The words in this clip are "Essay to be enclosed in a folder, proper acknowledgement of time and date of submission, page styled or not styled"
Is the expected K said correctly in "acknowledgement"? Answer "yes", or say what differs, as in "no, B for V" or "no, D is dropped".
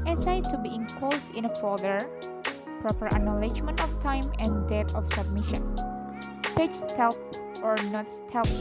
no, K is dropped